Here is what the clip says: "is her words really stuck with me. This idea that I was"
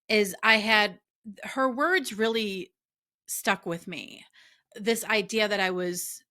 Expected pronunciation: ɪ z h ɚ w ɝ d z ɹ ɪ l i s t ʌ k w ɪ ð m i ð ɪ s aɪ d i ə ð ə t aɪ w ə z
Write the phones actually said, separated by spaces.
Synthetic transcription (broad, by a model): ɪ z h ɚ w ɝ d z ɹ ɪ l i s t ʌ k w ɪ ð m i ð ɪ s aɪ d i ə ð ə t aɪ w ə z